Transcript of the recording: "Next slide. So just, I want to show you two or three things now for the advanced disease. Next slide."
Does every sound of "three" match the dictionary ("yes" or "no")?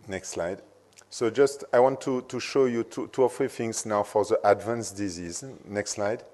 no